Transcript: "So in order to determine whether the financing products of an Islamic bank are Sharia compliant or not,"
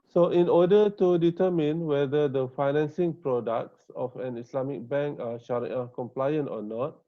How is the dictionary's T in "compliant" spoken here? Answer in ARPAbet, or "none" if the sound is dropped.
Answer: T